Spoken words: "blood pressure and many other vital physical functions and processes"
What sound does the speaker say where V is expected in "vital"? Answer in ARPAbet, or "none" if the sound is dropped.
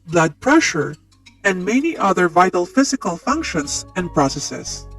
V